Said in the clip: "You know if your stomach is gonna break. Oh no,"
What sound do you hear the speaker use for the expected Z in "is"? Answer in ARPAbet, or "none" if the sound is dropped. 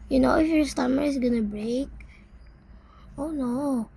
S